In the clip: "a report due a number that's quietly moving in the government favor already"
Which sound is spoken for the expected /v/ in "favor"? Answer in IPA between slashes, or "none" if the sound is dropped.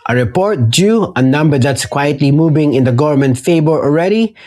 /b/